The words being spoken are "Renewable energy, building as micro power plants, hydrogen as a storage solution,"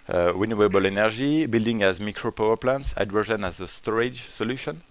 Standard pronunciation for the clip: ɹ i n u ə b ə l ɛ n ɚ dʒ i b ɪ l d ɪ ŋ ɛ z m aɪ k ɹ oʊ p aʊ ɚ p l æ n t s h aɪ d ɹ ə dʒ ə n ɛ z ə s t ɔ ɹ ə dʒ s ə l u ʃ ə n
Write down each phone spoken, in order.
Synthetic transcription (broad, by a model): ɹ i n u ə b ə l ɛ n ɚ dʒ i b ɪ l d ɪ ŋ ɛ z m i k ɹ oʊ p aʊ ɚ p l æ n t s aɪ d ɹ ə ʒ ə n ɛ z ə s t ɔ ɹ ə dʒ s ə l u ʃ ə n